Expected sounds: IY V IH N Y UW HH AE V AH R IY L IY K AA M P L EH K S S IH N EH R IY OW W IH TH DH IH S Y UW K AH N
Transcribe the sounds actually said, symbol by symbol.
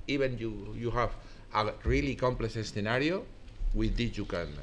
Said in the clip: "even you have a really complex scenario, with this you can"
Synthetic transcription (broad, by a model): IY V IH N Y UW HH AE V AH R IY L IY K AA M P L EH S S TH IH N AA R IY OW W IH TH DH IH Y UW K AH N